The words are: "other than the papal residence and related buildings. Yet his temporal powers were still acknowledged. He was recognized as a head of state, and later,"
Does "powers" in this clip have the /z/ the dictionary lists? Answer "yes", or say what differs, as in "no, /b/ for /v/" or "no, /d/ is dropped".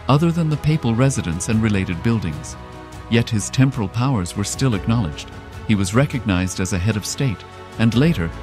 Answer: yes